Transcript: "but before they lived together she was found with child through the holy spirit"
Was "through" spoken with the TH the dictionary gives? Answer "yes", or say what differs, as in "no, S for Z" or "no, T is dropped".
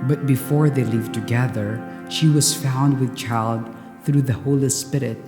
yes